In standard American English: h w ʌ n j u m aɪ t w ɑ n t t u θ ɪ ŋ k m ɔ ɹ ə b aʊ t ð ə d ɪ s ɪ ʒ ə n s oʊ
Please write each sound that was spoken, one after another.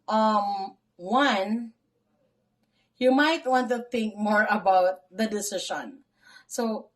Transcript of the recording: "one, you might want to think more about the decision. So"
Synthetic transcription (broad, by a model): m w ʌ n j u m aɪ t w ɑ n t t u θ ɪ ŋ k m ɔ ɹ ə b aʊ t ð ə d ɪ s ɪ ʃ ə n s oʊ